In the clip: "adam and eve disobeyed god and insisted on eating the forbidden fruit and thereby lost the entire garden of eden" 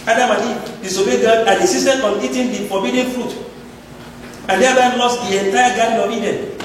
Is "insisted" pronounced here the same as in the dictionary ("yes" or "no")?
no